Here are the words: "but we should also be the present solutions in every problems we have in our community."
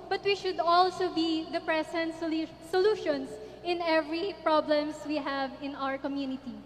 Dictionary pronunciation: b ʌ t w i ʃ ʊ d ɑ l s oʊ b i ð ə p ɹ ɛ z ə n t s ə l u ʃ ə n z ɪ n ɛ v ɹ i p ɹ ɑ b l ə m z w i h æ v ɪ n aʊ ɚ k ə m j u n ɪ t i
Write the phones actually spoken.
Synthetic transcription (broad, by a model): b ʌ t w i ʃ ʊ d ɑ l s oʊ b i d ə p ɹ ɛ s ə n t s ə l u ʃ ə n s ɪ n ɛ v ɹ i p ɹ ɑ b l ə m s w i h æ v ɪ n aʊ ɚ k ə m j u n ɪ t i